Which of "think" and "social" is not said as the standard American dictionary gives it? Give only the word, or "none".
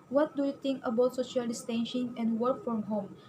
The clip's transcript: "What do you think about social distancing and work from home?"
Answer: think